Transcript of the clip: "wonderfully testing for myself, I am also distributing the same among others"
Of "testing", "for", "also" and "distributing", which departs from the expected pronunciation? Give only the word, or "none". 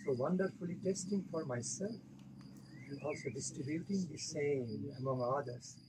none